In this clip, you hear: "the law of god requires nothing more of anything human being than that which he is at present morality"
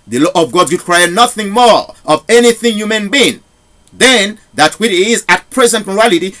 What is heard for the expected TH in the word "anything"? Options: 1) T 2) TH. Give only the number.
2